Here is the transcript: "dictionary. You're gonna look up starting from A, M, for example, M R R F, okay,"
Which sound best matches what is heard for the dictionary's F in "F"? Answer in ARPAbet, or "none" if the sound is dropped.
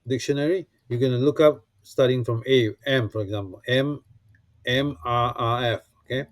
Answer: F